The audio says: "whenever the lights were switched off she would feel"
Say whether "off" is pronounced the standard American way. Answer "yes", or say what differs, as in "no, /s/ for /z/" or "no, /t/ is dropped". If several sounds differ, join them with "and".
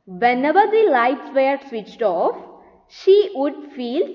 yes